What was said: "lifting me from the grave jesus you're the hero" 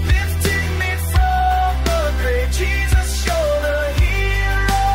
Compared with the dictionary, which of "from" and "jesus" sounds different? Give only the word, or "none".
none